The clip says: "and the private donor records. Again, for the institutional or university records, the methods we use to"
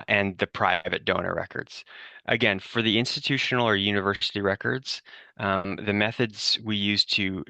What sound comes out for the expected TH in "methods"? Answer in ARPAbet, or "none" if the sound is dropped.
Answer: TH